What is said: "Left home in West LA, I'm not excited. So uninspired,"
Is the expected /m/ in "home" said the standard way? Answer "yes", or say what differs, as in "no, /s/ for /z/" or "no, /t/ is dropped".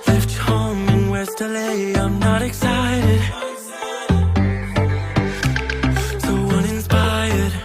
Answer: no, /m/ is dropped